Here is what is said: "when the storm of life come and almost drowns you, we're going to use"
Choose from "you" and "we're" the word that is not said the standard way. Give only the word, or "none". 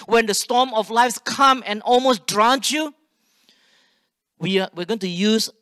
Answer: we're